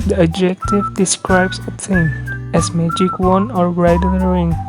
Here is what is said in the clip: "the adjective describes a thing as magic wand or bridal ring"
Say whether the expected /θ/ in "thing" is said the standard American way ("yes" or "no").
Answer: no